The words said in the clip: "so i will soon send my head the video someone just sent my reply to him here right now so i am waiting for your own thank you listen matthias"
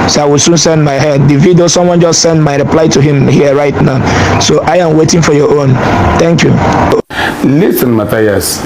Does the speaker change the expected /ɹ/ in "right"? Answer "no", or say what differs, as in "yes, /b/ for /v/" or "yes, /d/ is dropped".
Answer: no